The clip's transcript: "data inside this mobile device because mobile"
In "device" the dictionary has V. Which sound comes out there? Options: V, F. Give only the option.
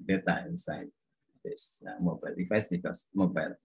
F